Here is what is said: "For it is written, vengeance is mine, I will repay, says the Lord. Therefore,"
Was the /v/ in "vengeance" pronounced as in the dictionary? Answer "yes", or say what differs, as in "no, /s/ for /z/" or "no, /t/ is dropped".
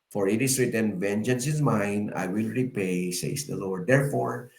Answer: yes